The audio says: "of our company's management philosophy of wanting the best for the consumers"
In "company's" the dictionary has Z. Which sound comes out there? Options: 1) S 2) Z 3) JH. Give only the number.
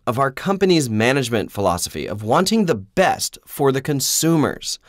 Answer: 2